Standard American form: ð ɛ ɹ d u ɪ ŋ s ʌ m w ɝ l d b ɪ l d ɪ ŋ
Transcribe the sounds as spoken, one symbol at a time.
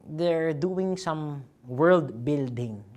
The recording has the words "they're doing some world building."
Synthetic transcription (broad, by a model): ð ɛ ɹ d u ɪ ŋ s ʌ m w ɝ l d b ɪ l d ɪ ŋ